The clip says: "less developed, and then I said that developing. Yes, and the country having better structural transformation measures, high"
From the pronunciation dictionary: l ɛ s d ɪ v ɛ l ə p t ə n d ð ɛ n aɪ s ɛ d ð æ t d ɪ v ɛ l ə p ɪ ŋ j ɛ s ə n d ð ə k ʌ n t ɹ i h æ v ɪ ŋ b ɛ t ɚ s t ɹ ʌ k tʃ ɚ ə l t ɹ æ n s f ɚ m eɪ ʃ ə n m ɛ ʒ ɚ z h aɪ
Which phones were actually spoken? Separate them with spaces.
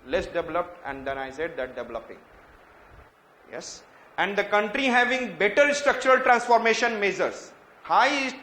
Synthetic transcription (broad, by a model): l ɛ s d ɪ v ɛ l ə p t ə n d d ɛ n aɪ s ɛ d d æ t d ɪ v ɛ l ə p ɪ ŋ j ɛ s ə n d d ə k ʌ n t ɹ i h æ v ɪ ŋ b ɛ t ɚ s t ɹ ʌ k tʃ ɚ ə l t ɹ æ n s f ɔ m eɪ ʃ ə n m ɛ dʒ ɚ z h aɪ